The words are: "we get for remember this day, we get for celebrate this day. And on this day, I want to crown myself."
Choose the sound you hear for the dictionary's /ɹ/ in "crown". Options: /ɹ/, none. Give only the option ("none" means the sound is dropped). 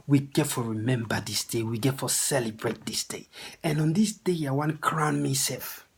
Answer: /ɹ/